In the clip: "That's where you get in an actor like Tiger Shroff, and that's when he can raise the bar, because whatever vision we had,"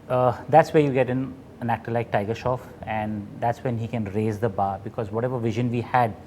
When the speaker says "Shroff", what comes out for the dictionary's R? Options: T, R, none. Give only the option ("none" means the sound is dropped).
none